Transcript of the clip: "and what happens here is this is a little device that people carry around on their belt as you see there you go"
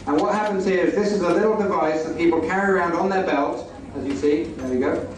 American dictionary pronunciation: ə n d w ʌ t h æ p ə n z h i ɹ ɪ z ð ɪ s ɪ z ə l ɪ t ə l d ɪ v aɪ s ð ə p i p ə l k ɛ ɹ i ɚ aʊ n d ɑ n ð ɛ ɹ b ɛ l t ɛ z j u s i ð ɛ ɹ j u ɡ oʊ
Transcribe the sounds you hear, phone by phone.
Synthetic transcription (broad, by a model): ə n w ʌ t h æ p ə n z h i ɹ ɪ z ð ɪ s ɪ z ə l ɪ t l d ɪ v aɪ s ð ə p i p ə l k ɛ ɹ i ɚ aʊ n d n ð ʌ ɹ b ɛ l t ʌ z j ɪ s i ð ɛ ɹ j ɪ ɡ oʊ